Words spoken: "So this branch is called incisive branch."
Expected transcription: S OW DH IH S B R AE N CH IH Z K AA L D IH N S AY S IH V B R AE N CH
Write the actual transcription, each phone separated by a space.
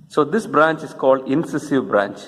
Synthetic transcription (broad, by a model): S OW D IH S B R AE N CH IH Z K AA L D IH N S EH S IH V B R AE N CH